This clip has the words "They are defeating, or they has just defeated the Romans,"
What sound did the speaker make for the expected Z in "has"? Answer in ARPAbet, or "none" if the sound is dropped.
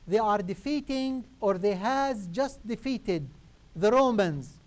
Z